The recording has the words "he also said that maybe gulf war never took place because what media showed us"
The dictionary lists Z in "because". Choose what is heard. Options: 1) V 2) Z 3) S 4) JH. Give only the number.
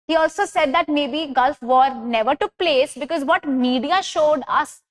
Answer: 2